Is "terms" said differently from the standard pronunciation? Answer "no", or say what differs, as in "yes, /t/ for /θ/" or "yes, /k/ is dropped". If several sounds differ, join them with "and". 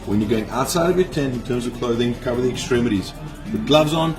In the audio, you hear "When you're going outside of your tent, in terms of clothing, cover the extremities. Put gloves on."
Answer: no